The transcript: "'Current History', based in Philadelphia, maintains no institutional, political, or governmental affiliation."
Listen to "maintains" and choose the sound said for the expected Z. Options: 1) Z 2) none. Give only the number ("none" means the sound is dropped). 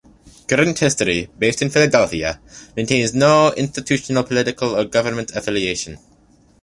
1